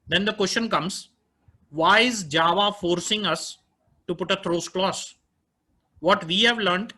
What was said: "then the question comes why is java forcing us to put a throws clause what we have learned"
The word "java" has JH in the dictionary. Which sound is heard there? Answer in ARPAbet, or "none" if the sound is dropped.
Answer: JH